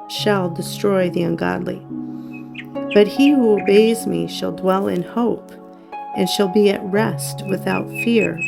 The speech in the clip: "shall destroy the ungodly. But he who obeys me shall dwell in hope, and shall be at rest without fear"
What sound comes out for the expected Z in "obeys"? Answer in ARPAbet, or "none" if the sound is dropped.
Z